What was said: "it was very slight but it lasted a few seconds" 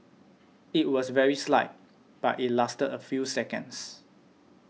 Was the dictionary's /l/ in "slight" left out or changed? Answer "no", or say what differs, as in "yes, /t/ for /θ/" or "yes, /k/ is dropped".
no